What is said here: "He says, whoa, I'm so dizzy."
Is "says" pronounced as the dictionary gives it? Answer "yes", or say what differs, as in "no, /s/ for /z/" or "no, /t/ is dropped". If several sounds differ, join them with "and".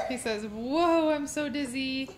yes